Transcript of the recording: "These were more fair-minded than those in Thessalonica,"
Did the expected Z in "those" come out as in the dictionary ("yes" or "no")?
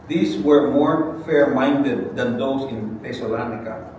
no